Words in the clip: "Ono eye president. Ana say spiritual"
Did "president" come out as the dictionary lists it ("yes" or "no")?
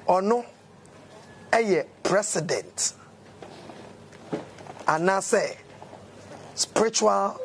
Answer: no